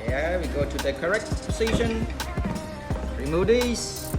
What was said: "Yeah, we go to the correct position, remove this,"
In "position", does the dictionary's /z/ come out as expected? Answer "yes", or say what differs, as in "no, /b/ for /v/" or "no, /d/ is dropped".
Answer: no, /s/ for /z/